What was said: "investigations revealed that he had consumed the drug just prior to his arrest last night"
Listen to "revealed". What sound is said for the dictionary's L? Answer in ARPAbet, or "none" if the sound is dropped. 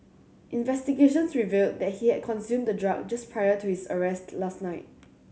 L